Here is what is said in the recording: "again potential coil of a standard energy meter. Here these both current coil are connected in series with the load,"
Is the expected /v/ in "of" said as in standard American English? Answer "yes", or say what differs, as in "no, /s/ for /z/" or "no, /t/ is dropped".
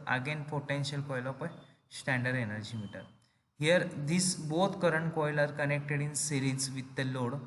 no, /p/ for /v/